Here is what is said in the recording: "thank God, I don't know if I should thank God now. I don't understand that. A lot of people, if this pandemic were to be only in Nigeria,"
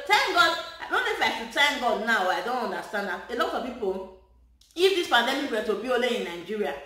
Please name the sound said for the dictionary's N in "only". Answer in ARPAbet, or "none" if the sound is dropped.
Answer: none